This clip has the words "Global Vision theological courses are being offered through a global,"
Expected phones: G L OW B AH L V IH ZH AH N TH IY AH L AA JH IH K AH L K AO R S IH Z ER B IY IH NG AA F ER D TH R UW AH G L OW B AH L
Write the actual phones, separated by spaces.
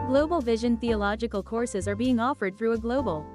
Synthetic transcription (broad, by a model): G L OW B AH L V IH ZH AH N TH IY AH L AA JH IH K AH L K AO R S IH Z ER B IY IH NG AA F ER D TH R UW AH G L OW B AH L